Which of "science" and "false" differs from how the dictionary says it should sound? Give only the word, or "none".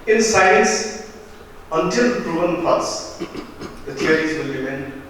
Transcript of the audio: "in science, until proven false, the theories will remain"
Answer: false